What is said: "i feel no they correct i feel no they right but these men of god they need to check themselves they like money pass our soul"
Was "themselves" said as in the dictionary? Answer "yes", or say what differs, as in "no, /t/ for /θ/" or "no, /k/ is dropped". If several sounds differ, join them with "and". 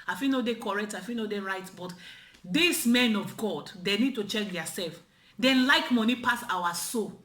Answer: no, /m/ is dropped